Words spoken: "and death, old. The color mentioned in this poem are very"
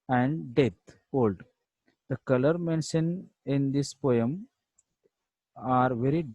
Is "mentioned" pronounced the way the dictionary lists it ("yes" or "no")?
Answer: no